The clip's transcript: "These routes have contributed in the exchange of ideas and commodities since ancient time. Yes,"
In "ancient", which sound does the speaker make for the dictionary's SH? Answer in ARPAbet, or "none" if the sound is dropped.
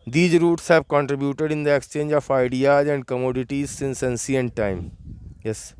S